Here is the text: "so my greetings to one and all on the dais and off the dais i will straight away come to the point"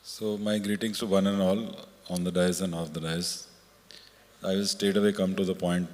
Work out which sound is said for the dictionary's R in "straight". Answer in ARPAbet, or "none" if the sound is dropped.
none